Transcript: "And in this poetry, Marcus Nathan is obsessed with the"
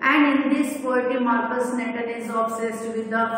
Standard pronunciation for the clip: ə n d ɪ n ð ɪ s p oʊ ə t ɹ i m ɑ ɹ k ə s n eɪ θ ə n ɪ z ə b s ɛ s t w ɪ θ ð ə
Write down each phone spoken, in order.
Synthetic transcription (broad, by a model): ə n d ɪ n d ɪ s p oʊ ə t i m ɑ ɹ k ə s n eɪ t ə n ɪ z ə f s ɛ s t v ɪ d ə